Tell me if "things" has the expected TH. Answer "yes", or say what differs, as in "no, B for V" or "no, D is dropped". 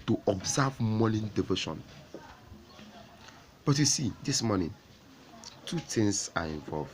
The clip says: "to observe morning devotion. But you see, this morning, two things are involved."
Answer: no, T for TH